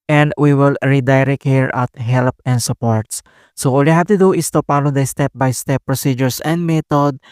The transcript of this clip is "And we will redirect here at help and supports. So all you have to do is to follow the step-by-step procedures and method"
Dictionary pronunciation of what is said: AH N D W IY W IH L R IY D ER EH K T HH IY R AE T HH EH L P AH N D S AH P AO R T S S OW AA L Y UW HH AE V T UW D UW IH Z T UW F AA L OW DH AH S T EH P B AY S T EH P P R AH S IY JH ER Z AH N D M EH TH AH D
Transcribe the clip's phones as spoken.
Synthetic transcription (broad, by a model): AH N D W IY W IH L R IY D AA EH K HH IY R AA T HH EH L P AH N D S AH P AO R T S S OW AA L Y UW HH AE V T UW D UW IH S T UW P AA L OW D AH S T EH P B AY S T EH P P R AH S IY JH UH S AH N D M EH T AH D